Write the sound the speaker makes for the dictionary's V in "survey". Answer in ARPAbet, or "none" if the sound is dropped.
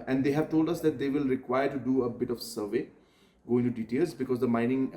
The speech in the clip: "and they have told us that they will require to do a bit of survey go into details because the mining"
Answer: V